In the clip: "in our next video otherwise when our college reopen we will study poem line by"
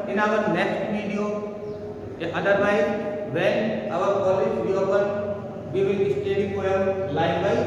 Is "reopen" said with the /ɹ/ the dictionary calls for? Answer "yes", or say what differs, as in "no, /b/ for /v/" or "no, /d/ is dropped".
no, /w/ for /ɹ/